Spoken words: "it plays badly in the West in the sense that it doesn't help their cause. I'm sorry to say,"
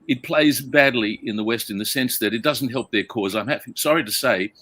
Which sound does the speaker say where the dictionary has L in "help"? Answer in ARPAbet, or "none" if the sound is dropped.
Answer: L